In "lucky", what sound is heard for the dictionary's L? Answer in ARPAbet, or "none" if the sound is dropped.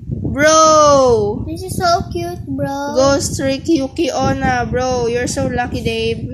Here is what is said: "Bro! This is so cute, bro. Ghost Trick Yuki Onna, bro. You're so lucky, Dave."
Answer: L